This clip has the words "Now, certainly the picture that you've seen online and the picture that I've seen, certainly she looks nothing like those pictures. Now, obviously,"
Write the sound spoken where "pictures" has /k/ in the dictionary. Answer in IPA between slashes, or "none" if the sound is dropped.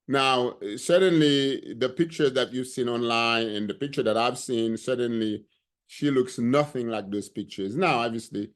/k/